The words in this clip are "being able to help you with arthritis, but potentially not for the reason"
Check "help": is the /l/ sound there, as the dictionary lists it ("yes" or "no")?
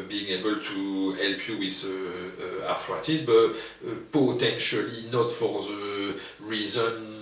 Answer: yes